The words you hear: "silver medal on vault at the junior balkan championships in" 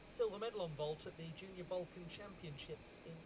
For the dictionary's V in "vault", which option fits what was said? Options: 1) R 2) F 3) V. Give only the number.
3